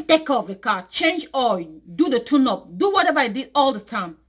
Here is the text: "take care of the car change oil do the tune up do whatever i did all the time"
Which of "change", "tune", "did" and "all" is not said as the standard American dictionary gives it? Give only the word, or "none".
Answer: none